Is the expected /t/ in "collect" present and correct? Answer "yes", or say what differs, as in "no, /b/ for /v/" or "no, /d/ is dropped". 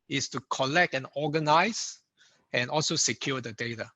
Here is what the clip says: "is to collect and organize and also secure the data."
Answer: yes